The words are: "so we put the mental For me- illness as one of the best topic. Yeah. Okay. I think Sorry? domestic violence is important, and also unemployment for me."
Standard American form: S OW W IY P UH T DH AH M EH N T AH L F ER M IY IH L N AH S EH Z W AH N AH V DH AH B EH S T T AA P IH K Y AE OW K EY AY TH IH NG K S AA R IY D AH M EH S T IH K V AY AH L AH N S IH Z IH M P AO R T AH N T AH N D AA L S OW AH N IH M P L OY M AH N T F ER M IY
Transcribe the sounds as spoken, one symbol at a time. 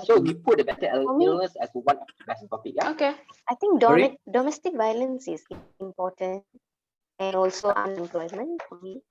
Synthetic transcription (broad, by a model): S OW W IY P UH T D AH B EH T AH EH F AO M IY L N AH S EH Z W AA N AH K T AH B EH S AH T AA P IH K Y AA OW K EY AY T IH NG K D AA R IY D AH M EH S T IH K V AY AH L AH N S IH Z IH M P AO T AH N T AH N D AA L S OW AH N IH M P L OY M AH N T F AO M IY